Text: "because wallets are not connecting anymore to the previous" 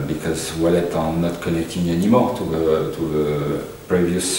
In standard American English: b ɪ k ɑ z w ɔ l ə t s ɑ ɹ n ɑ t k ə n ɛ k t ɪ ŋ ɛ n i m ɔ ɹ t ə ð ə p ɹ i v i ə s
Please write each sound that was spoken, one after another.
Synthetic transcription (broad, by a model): b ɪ k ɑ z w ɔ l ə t ɑ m n ɑ t k ə n ɛ k t ɪ ŋ ɛ n i m ɔ ɹ t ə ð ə p ɹ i v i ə s